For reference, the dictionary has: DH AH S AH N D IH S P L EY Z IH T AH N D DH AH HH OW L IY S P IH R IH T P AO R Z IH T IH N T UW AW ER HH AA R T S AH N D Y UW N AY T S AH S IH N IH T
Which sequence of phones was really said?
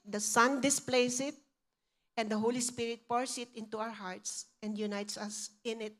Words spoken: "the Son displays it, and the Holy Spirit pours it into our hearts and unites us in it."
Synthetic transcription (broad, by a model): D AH S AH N D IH S P L EY S IH T AH N D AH HH OW L IY S P IH R IH T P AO R S IH T IH N T UW AW ER HH AA R T S AH N D Y UW N AY T S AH S IH N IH T